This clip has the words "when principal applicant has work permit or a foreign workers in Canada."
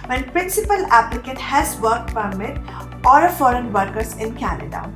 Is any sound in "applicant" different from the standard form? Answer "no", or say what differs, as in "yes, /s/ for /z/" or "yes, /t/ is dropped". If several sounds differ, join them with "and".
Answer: yes, /n/ is dropped